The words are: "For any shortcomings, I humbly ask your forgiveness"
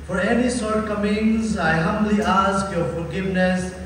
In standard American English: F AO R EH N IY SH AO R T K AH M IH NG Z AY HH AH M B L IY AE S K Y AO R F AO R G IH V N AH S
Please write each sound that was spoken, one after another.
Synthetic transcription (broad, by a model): F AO R EH N IY S AO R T K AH M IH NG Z AY HH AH M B L IY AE S K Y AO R F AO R G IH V N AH S